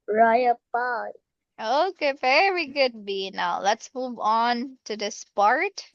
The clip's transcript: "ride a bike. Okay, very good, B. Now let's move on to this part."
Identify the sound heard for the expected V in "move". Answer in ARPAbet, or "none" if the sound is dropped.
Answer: V